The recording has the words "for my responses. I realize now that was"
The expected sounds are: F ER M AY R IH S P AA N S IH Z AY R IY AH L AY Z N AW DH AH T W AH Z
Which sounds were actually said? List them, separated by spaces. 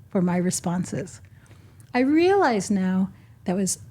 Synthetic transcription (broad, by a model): F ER M AY R IH S P AA N S IH Z AY R IY AH L AY Z N AW DH AH T W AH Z